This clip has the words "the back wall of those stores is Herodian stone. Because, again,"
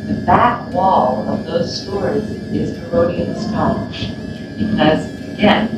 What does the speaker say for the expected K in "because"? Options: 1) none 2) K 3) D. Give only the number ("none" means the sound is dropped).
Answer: 1